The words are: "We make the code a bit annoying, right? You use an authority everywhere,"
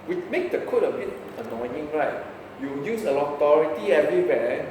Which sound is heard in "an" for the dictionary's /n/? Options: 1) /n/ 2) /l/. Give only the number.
2